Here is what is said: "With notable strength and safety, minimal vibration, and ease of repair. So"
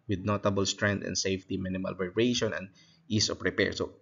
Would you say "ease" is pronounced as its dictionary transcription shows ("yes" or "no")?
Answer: no